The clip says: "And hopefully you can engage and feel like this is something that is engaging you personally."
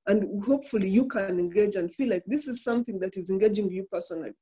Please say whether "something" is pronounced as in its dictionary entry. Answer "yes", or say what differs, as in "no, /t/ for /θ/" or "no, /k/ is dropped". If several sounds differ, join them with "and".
yes